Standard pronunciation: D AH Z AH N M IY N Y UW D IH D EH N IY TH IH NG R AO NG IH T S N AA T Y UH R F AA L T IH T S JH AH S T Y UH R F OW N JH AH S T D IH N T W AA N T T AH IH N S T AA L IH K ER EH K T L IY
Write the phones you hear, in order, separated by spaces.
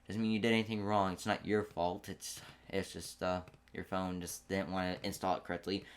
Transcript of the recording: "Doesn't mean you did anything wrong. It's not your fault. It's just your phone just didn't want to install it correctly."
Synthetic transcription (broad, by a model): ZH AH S M IY N Y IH D IH D EH N IY TH IH NG R AO NG IH T S N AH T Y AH R F AA L T IH T S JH AH S T Y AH R F OW N JH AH S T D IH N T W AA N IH T IH N S T AA L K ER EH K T L IY